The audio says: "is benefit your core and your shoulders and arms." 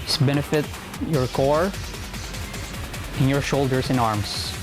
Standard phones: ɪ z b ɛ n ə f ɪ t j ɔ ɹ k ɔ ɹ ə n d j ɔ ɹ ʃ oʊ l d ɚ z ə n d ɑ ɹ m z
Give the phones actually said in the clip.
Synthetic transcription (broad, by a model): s b ɛ n ə f ɪ t j ɔ ɹ k ɔ ɹ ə n j ɔ ɹ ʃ oʊ l d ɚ s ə n ɑ ɹ m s